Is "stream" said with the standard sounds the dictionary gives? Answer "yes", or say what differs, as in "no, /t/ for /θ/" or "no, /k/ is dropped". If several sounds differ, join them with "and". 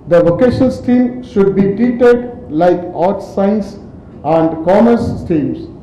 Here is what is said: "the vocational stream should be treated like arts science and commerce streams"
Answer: no, /ɹ/ is dropped